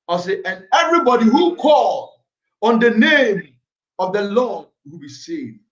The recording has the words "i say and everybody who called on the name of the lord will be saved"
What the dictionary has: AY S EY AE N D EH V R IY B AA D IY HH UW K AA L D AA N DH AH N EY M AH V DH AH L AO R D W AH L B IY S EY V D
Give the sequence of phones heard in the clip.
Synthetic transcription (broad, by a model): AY S EY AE N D EH V R IY B AA D IY HH UW K AA L AA N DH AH N EY M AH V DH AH L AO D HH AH B IY S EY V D